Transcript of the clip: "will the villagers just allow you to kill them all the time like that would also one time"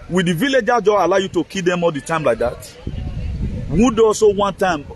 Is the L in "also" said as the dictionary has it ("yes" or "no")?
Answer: no